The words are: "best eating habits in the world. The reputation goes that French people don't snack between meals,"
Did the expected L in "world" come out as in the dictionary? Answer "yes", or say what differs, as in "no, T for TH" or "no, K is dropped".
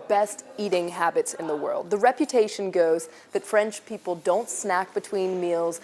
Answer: yes